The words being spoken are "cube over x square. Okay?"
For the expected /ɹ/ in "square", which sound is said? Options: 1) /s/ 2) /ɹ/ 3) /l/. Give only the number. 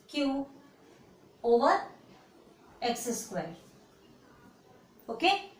3